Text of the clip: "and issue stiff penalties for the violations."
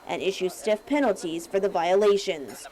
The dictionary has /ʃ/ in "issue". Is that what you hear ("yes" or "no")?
yes